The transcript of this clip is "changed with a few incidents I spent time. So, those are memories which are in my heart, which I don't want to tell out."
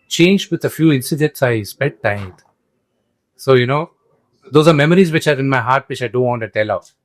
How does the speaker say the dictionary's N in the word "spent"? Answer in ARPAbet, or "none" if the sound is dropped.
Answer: L